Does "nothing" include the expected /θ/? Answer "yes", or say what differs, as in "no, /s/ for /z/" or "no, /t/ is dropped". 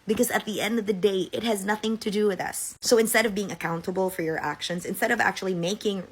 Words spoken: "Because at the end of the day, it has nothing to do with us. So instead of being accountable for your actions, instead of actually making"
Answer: yes